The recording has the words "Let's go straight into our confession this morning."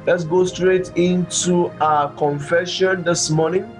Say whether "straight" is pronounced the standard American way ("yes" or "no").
yes